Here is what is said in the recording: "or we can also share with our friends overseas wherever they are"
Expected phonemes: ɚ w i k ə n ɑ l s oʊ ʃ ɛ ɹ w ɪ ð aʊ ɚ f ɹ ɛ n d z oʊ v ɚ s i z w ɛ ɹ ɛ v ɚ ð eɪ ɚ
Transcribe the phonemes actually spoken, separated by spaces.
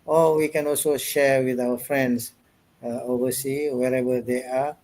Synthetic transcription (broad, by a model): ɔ w i k ə n ɑ l s oʊ ʃ ɛ ɹ w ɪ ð aʊ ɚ f ɹ ɛ n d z oʊ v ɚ s i w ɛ ɹ ɛ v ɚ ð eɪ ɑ